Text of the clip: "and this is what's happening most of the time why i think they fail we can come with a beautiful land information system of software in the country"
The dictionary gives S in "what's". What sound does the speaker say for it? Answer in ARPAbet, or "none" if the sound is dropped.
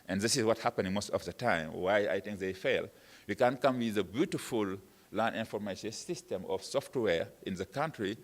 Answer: none